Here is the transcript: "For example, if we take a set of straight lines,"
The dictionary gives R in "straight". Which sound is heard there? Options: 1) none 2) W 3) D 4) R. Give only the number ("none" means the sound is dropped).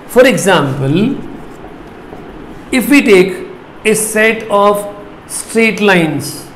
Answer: 4